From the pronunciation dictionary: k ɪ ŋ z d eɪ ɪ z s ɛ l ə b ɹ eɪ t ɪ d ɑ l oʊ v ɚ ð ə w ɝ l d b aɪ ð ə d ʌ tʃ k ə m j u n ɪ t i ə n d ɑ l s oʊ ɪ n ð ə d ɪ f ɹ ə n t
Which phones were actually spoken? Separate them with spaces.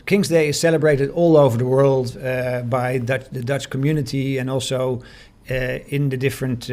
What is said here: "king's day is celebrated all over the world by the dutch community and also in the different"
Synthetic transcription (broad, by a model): k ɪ ŋ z d eɪ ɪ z s ɛ l ə b ɹ eɪ t ɪ d ɑ l oʊ v ɚ ð ə w ɝ l d b aɪ ð ə d ʌ tʃ k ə m j u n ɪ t i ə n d ɑ l s oʊ ɪ n ð ə d ɪ f ɹ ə n t